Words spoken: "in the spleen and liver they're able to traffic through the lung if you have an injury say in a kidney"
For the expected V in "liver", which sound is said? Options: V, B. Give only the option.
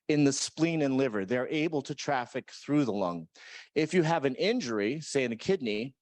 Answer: V